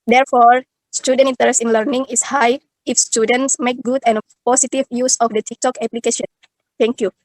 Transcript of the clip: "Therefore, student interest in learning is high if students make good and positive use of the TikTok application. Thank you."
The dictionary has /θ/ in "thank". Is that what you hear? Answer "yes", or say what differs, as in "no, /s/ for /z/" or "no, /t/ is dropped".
no, /t/ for /θ/